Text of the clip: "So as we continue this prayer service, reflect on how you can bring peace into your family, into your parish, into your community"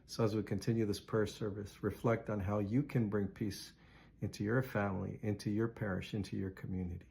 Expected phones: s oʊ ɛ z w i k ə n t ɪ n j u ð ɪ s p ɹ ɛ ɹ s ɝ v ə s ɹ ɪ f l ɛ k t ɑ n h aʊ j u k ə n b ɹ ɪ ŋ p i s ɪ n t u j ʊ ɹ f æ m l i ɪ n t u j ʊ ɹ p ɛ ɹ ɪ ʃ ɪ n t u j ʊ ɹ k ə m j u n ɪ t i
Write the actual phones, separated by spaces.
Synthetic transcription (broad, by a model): s oʊ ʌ z w i k ə n t ɪ n j u ð ɪ s p ɛ ɹ s ɝ v ə s ɹ ɪ f l ɛ k t n h aʊ j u k ə n b ɹ ɪ ŋ p i s ɪ n t u j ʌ ɹ f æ m l i ɪ n t u j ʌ ɹ p ɛ ɹ ɪ ʃ ɪ n t u j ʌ ɹ k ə m j u n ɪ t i